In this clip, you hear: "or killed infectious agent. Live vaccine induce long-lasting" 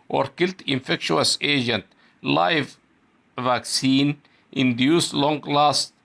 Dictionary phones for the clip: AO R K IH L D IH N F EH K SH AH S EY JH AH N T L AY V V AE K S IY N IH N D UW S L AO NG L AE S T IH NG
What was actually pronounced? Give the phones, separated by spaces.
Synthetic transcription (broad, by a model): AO R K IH L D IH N F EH K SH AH S EY JH AH N T L AY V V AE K S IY N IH N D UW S L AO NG L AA S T